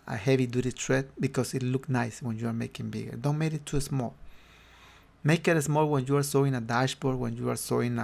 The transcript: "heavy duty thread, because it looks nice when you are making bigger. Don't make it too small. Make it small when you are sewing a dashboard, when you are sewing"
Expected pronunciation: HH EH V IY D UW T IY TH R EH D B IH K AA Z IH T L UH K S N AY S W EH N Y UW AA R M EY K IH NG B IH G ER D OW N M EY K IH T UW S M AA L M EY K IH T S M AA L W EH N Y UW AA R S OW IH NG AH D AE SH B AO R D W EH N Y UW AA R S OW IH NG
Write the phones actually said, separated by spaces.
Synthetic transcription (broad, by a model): HH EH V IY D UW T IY T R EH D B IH K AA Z IH T L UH K N AY S W EH N Y UW AA R M EY K IH NG B IH G ER D OW N M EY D IH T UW S M AA L M EY K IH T S M AA L W EH N Y UW AA R S OW IH NG AH D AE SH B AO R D W EH N Y UW AA R S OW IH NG